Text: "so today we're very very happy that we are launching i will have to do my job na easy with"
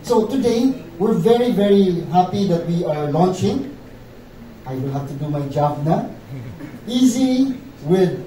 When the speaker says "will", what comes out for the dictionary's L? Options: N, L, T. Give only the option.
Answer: N